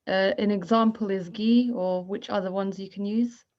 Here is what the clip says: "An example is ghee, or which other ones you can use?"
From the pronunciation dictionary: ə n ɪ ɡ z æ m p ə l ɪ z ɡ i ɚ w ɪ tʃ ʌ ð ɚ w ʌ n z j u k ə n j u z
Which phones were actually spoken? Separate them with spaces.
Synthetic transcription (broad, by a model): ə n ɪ ɡ z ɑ m p ə l ɪ z ɡ i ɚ w ɪ tʃ ʌ ð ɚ w ʌ n z j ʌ k ə n j u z